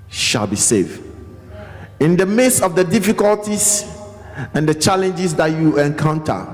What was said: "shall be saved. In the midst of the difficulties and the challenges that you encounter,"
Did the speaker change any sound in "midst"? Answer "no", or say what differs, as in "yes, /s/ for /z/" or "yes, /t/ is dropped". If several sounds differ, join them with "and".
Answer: yes, /t/ is dropped